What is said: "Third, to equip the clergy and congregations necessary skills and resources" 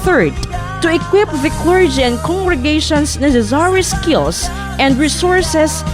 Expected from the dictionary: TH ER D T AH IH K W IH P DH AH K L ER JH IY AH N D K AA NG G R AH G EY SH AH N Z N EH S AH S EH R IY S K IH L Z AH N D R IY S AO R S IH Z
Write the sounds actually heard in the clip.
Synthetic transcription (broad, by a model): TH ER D T AH IH K W IH P DH AH K L ER JH IY AH N D K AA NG G R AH G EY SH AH N S N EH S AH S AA R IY S K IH L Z AH N D R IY S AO R S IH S